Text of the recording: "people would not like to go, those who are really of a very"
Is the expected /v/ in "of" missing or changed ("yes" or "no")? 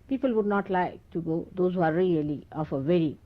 yes